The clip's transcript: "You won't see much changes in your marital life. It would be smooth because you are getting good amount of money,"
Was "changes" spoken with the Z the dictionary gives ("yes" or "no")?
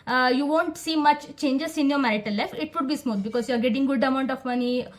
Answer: no